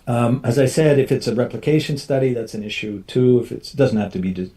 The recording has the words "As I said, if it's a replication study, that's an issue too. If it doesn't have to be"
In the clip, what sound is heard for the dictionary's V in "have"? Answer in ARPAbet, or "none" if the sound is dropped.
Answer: F